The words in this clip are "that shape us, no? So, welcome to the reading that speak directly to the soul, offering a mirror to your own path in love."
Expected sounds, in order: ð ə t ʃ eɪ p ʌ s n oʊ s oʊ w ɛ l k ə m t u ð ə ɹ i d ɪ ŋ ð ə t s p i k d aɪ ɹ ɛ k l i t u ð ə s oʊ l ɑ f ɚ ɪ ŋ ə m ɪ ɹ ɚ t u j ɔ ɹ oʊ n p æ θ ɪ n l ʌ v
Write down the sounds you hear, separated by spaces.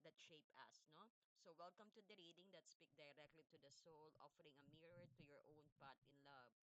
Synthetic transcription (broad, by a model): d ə t ʃ eɪ p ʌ s n oʊ s oʊ w ɛ l k ə m t u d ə ɹ i d ɪ ŋ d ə t s p i k d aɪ ɹ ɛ k l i t u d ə s oʊ l ɑ f ɚ ɪ ŋ ə m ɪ ɹ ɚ t u j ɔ ɹ oʊ n p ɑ t ɪ n l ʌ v